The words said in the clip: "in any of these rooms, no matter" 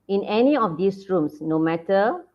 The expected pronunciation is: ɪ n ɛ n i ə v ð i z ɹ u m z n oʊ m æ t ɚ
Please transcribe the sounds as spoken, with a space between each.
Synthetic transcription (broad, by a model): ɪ n ɛ n i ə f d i s ɹ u m s n oʊ m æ t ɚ